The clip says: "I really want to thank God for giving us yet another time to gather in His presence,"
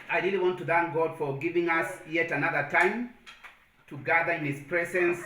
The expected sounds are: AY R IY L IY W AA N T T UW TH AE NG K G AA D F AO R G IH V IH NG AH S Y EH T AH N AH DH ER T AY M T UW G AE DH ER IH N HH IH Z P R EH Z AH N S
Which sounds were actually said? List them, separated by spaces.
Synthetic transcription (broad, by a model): AY R IY L IY W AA N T T UW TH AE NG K G AA D F AO R G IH V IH NG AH S Y EH T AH N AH DH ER T AY M T UW G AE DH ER IH N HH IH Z P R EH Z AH N S